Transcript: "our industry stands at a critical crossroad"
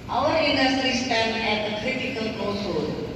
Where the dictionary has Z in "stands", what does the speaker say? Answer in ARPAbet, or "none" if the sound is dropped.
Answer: none